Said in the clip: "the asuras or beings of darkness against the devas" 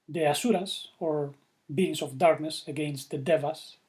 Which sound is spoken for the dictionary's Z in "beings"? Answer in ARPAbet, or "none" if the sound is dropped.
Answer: S